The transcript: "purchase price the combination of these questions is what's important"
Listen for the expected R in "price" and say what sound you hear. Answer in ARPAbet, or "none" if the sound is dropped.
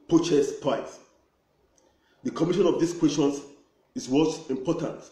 none